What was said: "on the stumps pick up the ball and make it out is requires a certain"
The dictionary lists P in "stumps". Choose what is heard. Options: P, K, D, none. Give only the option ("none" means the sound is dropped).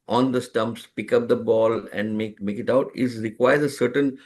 P